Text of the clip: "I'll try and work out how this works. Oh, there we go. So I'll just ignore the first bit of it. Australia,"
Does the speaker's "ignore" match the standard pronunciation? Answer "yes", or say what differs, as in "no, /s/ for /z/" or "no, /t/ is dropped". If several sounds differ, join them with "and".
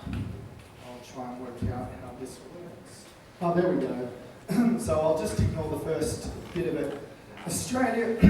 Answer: no, /l/ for /ɹ/